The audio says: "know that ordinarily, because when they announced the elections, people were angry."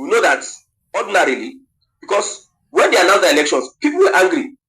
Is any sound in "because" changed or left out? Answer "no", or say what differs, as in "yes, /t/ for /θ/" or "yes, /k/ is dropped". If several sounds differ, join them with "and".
yes, /s/ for /z/